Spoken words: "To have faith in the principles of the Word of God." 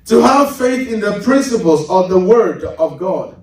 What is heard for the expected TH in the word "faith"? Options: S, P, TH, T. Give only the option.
TH